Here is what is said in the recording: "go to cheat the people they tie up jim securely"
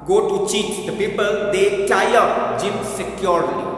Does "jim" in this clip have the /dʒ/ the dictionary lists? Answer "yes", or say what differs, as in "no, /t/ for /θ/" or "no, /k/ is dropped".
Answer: yes